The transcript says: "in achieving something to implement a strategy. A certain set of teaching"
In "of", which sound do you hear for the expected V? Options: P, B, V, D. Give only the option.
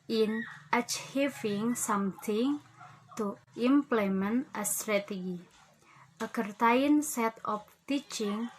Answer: P